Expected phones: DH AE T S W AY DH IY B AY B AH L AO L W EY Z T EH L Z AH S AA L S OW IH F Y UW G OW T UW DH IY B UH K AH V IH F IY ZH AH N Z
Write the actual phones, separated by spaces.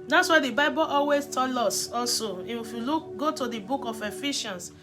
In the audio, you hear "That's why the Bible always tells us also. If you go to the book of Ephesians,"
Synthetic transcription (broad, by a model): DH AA T S W AY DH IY B AY B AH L AO L W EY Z T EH L AO S AA L S OW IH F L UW G OW T UW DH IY B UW K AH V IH F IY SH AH N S